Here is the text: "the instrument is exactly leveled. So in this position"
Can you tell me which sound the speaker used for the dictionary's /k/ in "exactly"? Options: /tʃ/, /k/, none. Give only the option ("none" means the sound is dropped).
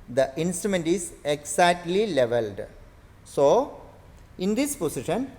none